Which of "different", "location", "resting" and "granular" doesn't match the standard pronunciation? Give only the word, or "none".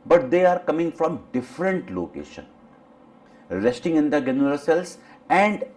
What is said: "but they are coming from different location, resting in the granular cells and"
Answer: granular